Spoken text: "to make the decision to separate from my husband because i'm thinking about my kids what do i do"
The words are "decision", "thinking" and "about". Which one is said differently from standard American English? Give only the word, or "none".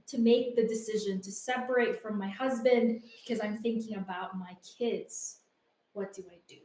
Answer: none